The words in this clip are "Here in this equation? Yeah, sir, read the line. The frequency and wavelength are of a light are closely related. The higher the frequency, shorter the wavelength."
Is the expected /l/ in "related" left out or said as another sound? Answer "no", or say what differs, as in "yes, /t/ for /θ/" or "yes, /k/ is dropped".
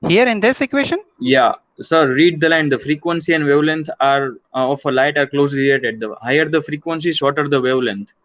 yes, /l/ is dropped